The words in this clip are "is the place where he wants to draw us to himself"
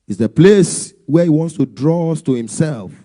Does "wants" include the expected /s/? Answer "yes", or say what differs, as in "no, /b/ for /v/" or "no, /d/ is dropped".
yes